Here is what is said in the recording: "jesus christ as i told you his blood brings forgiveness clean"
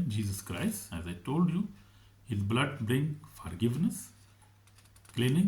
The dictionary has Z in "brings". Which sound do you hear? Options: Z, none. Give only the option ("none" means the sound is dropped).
none